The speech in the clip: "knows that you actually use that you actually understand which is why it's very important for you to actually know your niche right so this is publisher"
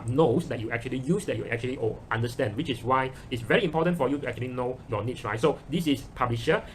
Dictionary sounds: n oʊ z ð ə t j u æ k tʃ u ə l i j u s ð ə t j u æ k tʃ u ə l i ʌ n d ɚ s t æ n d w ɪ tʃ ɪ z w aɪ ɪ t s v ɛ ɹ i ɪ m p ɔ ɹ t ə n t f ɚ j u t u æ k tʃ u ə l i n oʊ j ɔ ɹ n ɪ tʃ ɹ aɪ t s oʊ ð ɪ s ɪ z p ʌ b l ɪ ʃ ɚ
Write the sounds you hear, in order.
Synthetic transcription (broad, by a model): n oʊ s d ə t j u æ k tʃ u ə l i j u s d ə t j u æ k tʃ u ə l i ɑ n d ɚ s t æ n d w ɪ tʃ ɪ s w aɪ ɪ t s v ɛ ɹ i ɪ m p ɔ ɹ t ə n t f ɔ j u t u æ k tʃ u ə l i n oʊ j ɔ n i s ɹ aɪ t s oʊ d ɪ s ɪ s p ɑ b l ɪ ʃ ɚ